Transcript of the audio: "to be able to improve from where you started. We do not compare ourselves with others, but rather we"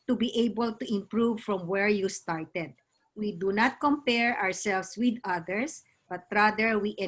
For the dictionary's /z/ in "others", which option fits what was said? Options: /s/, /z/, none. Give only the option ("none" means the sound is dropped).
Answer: /s/